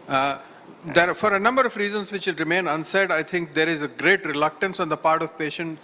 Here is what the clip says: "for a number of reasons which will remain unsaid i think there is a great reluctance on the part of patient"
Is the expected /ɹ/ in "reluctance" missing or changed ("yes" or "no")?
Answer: no